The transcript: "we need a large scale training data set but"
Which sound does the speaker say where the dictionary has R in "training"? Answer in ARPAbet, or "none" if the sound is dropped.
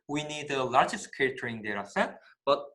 none